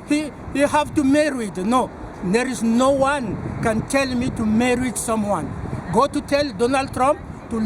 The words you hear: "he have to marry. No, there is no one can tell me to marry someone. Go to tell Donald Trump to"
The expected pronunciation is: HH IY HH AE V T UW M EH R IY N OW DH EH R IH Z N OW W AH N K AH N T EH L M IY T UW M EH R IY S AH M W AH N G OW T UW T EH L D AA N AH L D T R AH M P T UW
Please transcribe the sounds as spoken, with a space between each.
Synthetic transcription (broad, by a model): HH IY HH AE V T UW M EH R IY N OW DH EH R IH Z N OW W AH N K AH N T EH L M IY T UW M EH R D S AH M W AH N G OW T UW T EH L D AA N AH L D T R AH M P T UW